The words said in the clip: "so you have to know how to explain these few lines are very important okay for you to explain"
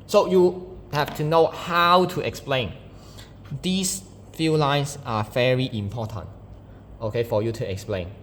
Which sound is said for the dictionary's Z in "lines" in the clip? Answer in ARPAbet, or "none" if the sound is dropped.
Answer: S